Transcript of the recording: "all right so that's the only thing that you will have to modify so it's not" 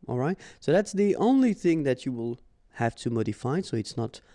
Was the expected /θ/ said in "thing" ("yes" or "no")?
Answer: yes